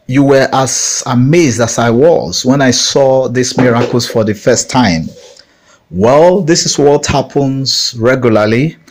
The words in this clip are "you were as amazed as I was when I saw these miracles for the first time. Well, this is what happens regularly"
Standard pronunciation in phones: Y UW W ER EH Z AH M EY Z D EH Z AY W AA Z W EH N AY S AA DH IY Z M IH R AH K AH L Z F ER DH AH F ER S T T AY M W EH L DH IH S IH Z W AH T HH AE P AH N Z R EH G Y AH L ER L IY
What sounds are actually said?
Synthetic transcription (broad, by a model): Y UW W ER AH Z AH M EY Z D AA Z AY W AA Z W EH N AY S AA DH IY S M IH R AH K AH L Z F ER DH AH F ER S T T AY M W EH L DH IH S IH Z W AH T HH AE P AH N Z R EH G Y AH L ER L IY